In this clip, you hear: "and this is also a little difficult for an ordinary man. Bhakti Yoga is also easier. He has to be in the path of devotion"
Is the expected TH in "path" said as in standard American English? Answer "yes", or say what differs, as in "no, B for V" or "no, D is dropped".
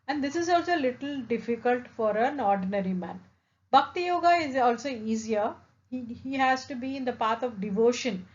no, T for TH